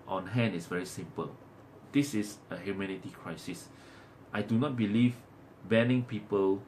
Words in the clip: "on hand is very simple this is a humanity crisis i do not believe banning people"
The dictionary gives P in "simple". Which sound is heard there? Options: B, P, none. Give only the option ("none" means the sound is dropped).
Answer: P